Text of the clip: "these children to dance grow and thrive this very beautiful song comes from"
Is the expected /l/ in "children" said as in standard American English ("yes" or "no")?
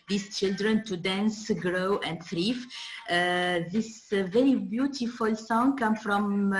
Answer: yes